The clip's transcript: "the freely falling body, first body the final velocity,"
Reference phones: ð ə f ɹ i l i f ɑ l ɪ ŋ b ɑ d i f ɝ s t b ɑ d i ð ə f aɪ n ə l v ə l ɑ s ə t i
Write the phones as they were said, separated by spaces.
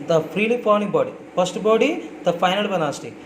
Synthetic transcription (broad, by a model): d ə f ɹ i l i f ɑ n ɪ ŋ b ɑ d i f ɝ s t b ɑ d i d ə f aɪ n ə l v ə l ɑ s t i